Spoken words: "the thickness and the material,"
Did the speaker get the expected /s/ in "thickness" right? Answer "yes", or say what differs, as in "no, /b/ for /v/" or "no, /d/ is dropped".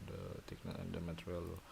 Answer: no, /s/ is dropped